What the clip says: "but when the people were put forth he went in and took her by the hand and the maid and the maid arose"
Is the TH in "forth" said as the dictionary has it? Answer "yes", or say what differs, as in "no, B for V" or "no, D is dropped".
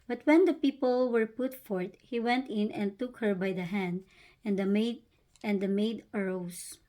no, T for TH